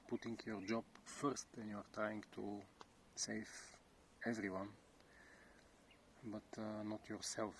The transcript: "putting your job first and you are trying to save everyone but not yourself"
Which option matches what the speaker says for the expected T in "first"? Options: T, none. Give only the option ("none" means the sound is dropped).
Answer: T